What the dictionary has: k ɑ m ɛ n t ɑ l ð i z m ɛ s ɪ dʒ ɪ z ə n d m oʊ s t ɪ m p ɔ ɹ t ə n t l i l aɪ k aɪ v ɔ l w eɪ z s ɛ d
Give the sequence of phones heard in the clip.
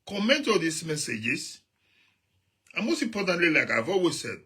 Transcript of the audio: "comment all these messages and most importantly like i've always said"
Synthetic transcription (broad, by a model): k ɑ m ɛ n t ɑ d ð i s m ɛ s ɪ dʒ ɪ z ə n m oʊ s t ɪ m p ɔ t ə n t l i l aɪ k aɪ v ɔ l w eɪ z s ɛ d